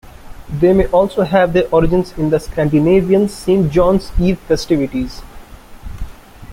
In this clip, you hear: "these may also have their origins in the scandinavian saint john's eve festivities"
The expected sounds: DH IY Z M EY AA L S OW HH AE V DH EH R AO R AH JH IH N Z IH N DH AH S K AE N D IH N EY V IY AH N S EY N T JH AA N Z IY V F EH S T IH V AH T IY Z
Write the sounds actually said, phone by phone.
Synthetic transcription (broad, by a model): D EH M EY AA L S OW HH AE V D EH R AO R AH JH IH N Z IH N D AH S K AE N D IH N EY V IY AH N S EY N JH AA N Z IY V F EH S T IH V AH T IY Z